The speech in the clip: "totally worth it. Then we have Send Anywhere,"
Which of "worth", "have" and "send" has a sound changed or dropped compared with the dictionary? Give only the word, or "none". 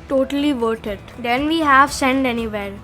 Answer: worth